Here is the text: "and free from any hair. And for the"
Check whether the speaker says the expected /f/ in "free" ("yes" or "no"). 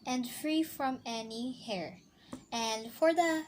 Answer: yes